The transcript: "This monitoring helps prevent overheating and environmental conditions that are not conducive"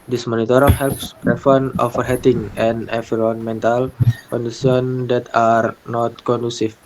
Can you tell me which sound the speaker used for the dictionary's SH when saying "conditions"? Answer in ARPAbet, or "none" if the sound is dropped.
S